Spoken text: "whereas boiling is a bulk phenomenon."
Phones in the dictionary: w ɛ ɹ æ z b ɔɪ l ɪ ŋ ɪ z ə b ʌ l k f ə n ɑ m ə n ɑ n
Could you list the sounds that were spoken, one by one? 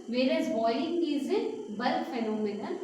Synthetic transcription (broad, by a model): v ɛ ɹ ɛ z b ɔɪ ɪ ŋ ɪ z ə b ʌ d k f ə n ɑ m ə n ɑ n